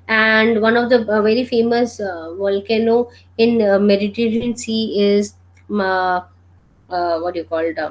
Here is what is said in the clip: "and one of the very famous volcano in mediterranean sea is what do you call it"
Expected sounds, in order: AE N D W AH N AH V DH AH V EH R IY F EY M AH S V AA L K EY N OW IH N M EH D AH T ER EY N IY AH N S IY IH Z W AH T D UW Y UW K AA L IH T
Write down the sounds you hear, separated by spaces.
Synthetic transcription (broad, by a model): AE N D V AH N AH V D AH V EH R IY F EY M AH S V AA L K EY N OW IH N M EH D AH T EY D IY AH N S IY IH Z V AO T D Y UW K AA L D